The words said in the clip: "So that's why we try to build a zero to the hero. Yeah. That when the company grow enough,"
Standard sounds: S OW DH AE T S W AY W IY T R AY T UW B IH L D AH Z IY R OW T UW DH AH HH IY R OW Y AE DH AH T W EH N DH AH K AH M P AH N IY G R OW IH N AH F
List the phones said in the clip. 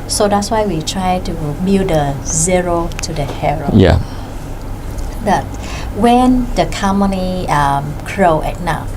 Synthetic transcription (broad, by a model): S OW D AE T S W AY W IY T R AY T UW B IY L D AH Z IY R OW T UW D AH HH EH R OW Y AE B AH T W EH N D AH K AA M AH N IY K R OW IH N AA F